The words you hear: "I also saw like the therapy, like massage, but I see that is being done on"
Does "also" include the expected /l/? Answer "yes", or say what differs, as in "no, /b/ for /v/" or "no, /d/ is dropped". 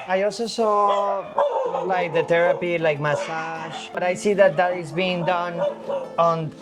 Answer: yes